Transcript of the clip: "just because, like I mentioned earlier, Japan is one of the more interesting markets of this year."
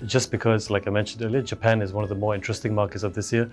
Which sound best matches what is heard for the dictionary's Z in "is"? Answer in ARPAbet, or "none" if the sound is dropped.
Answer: Z